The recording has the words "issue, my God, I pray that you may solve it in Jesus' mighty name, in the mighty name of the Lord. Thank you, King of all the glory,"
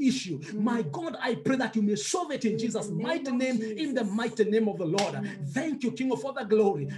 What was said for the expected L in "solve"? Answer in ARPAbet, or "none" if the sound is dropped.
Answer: none